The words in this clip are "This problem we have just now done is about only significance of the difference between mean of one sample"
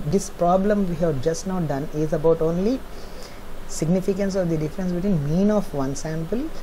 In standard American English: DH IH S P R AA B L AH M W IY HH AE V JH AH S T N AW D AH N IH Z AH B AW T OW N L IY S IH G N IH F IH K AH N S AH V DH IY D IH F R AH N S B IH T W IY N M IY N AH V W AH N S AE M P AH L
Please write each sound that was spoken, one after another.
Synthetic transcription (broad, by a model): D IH S P R AA B L AH M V IY HH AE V JH AH S T N AW D AH N IH Z AH B AW T OW N L IY S IH G N IH F IH K AH N S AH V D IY D IH F R AH N S B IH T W IY N M IY N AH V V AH N S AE M P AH L